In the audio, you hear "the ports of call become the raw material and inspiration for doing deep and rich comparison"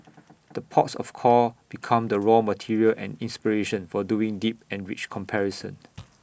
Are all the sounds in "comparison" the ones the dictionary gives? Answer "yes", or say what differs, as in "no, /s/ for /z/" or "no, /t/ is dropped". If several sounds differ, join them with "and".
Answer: yes